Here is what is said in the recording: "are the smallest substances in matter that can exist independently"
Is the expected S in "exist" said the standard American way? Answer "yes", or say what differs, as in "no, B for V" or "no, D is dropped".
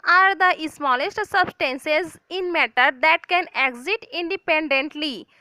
no, S is dropped